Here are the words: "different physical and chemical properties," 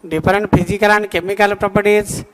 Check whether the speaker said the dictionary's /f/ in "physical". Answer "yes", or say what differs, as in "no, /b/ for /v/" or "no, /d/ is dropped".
no, /p/ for /f/